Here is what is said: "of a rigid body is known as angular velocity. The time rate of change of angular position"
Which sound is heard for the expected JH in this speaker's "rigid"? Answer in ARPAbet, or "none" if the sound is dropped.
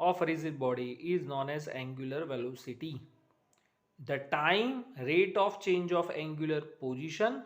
Z